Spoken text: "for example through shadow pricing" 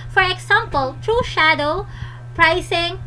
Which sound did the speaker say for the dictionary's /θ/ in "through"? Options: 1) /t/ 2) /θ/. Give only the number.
1